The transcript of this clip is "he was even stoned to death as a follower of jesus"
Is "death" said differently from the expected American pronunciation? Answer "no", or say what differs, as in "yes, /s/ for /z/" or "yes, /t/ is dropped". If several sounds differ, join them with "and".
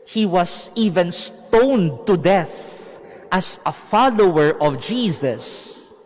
no